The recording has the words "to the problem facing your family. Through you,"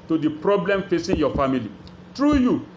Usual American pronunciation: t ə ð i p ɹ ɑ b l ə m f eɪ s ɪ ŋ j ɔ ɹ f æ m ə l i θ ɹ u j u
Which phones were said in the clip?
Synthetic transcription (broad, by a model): t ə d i p ɹ ɑ b l ə m f eɪ s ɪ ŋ j ɔ f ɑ m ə l i t ɹ u j u